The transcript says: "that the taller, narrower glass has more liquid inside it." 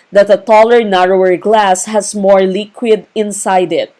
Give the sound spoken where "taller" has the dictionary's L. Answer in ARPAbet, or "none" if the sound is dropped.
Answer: L